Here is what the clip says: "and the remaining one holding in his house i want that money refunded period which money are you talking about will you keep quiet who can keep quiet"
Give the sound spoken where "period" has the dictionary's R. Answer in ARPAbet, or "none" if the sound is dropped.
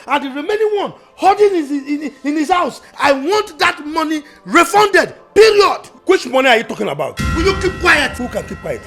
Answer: L